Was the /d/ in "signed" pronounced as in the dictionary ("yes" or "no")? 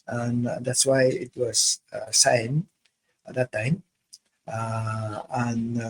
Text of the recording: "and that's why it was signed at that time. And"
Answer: no